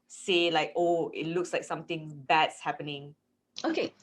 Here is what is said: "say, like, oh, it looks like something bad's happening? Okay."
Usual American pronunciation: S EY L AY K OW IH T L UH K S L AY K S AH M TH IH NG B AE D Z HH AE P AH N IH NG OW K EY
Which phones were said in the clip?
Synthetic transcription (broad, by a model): S EY L AY K OW IH T L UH K S L AY K S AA M T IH NG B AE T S HH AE P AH N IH NG OW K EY